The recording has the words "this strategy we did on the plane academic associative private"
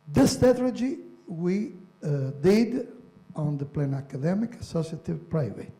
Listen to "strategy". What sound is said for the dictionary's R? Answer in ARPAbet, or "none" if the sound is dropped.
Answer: none